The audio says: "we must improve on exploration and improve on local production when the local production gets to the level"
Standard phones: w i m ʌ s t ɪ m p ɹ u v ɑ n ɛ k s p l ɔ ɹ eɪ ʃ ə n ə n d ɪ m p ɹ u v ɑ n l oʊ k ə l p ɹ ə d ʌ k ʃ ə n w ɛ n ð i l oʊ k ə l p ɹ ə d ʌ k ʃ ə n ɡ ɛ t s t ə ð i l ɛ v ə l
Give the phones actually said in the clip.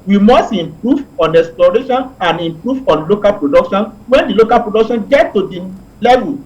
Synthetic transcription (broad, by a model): w i m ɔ s t ɪ m p ɹ u v ɑ n ɛ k s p l ɔ ɹ eɪ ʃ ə n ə n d ɪ m p ɹ u v ɑ n l oʊ k ə l p ɹ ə d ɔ k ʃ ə n w ɛ n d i l oʊ k ə l p ɹ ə d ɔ k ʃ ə n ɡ ɛ t t ə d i l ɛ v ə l